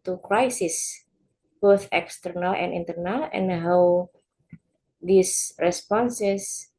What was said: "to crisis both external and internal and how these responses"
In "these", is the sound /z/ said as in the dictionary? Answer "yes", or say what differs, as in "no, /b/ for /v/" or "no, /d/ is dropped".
no, /s/ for /z/